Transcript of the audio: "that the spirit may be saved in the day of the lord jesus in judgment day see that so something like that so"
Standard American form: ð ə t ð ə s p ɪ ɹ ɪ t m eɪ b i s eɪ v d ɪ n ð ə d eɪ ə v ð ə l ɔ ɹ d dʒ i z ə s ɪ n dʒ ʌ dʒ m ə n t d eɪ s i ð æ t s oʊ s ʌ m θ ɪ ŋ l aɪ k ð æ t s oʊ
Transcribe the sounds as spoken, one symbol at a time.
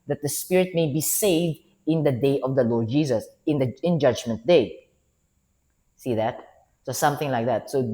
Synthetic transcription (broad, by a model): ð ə t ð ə s p ɪ ɹ ɪ t m eɪ b i s eɪ v d ɪ n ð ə d eɪ ə v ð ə l ɔ ɹ d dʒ i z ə s ɪ n dʒ ʌ dʒ m ə n t d eɪ s i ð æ t s oʊ s ʌ m θ ɪ ŋ l aɪ k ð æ t s oʊ